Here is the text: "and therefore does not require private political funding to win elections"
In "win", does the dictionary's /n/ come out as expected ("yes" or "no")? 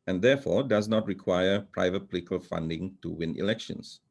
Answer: yes